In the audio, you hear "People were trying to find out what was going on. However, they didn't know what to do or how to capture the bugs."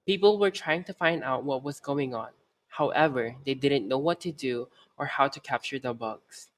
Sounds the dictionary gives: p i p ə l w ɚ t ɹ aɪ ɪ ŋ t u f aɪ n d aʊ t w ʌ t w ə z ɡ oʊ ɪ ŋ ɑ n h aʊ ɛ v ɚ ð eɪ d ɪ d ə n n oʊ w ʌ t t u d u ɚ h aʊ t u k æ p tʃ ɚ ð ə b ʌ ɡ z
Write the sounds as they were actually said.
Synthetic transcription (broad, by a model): p i p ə l w ɚ t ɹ aɪ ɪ ŋ t u f aɪ n d aʊ t w ʌ t w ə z ɡ oʊ ɪ ŋ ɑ n h aʊ ɛ v ɚ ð eɪ d ɪ d ə n n oʊ w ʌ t t u d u ɚ h aʊ t u k æ p tʃ ɚ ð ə b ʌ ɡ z